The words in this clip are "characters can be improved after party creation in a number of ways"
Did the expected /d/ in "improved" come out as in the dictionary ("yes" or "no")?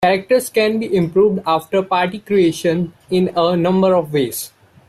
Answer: yes